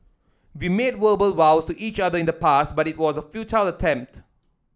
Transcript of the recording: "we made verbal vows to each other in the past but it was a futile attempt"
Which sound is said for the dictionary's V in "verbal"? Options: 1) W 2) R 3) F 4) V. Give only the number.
1